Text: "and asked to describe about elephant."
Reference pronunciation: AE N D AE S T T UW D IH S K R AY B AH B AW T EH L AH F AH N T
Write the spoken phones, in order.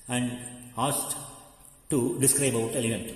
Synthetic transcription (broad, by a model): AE N D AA S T T UW D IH S K R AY AH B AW T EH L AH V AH N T